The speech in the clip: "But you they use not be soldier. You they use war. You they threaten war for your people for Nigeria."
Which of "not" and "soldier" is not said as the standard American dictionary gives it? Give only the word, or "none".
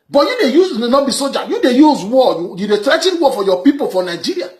soldier